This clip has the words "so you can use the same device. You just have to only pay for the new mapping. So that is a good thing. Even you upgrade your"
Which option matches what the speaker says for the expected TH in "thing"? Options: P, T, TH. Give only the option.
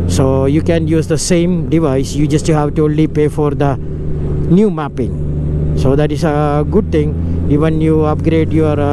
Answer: T